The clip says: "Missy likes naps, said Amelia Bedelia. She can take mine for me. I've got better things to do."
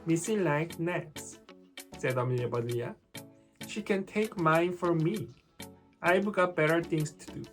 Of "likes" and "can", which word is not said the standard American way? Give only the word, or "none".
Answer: likes